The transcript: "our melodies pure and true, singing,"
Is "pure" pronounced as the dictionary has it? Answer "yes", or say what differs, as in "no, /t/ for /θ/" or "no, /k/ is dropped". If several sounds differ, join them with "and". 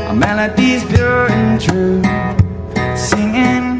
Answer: no, /b/ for /p/